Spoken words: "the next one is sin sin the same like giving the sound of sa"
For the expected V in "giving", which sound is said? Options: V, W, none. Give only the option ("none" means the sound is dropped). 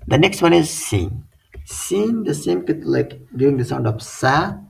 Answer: none